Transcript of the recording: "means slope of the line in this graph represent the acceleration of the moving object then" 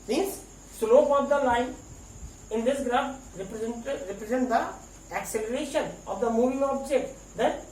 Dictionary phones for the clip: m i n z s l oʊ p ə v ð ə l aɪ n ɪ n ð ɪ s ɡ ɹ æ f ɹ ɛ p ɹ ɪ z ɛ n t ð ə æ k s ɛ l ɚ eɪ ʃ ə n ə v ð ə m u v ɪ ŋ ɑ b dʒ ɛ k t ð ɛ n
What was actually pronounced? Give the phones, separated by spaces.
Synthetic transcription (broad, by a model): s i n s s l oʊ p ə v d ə l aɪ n ɪ n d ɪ s ɡ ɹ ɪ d ɹ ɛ p ɹ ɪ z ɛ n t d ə æ k s ɛ l ɚ eɪ ʃ ə n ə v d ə m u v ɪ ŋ ɑ b dʒ ɛ k t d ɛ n